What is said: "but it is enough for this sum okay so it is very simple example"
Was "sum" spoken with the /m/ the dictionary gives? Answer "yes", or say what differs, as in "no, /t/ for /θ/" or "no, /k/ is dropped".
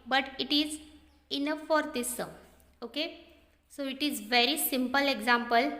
no, /m/ is dropped